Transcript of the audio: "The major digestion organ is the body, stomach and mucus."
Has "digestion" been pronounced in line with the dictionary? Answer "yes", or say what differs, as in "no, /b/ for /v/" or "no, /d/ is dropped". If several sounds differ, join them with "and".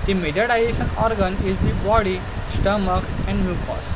no, /dʒ/ is dropped